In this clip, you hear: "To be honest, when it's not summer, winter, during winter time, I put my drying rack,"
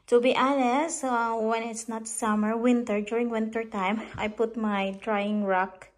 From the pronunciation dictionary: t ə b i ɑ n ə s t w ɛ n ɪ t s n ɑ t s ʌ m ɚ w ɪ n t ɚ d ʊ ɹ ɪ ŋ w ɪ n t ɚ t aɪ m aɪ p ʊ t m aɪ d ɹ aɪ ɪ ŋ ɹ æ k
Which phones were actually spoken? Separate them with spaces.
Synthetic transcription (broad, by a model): t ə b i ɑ l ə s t w ɛ n ɪ t s n ɑ t s ʌ m ɚ w ɪ n t ɚ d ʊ ɹ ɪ ŋ w ɪ n t ɚ t aɪ m aɪ p ʊ t m aɪ d ɹ aɪ ɪ ŋ ɹ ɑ k